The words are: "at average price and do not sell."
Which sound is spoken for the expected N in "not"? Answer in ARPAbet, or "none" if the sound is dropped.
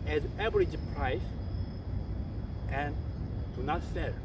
N